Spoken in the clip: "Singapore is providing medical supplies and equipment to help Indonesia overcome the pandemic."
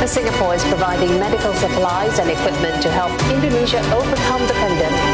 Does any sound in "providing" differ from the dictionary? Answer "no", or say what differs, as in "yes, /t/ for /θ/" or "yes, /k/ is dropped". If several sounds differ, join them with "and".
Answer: no